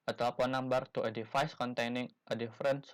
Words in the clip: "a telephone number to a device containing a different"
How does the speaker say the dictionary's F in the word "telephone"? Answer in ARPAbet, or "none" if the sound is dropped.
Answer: P